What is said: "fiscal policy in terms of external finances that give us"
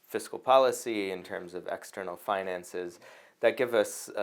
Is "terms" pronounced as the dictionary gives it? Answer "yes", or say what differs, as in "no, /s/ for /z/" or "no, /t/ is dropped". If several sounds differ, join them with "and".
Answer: yes